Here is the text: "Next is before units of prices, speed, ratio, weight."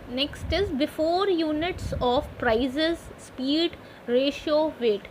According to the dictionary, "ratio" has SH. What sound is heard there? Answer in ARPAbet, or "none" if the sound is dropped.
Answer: SH